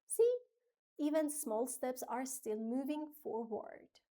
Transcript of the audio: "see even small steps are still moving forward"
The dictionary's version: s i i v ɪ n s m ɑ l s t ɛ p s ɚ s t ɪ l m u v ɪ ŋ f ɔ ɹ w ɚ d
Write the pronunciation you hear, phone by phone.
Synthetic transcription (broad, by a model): s i i v ɪ n s m ɑ l s t ɛ p s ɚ s t ɪ l m u v ɪ ŋ f ɔ ɹ w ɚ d